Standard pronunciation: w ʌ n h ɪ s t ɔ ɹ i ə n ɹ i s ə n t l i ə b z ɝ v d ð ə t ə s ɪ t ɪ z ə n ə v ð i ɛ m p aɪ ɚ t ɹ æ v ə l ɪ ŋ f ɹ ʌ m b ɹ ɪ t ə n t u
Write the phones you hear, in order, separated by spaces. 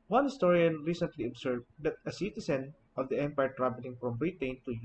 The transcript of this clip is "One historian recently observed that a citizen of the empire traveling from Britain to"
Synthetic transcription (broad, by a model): w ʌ n h ɪ s t ɔ ɹ i ə n ɹ i s ə n t l i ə b s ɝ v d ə t ə s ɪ t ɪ s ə n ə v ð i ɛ m p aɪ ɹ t ɹ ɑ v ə l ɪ ŋ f ɹ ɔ m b ɹ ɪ t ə n t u